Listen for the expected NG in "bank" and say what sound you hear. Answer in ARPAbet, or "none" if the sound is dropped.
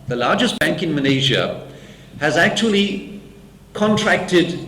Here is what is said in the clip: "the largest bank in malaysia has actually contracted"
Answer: NG